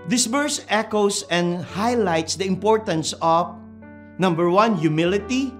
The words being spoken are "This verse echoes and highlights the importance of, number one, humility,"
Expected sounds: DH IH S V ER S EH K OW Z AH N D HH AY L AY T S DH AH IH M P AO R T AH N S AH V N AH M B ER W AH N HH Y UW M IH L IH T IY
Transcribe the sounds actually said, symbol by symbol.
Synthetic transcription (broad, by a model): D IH S B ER S EH K OW S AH N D HH AY L AY T S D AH IH M P AO R T AH N S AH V N AH M B ER W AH N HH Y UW M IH L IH T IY